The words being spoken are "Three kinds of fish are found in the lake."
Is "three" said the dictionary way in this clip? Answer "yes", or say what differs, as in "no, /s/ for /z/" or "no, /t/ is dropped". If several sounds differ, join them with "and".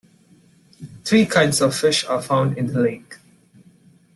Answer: no, /t/ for /θ/